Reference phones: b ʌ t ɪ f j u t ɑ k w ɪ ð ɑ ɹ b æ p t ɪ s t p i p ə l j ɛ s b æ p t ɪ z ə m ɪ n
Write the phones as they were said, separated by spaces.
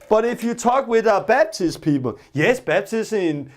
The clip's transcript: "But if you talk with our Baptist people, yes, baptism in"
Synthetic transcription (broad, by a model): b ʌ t ɪ f j u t ɑ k w ɪ ð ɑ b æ b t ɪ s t p i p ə l j ɛ s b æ b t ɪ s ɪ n